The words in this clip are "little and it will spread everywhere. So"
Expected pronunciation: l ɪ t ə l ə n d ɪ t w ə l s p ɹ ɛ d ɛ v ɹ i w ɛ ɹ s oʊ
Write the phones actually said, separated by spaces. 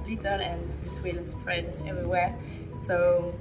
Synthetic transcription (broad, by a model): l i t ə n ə n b ɪ t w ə n s p ɹ ɛ d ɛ v ɹ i w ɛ s oʊ